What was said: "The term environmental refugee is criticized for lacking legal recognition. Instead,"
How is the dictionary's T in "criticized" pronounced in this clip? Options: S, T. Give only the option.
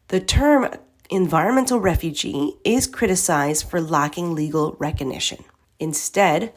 T